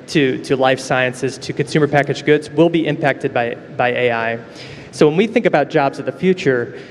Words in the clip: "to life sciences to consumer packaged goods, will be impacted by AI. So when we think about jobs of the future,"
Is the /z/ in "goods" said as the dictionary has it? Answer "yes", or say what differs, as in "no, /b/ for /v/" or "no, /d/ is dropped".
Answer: yes